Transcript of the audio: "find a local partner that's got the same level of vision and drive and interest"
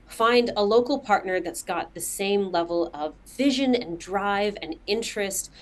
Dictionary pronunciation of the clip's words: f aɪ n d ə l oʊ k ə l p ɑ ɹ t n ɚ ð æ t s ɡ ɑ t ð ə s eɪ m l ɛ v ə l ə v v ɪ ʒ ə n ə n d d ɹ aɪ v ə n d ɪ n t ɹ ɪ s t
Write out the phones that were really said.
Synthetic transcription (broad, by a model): f aɪ n d ə l oʊ k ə l p ɑ ɹ t n ɚ ð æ t s ɡ ɑ t ð ə s eɪ m l ɛ v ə l ə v v ɪ ʒ ə n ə n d d ɹ aɪ v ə n ɪ n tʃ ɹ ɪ s t